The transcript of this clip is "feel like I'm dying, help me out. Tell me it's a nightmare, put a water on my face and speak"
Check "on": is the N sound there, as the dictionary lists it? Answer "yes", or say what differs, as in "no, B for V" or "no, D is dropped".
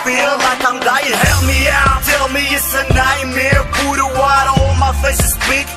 no, L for N